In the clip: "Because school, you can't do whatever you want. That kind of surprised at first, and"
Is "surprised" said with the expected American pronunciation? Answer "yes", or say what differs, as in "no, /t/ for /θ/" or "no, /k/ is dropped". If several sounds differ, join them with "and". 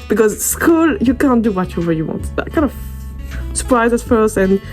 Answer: no, /d/ is dropped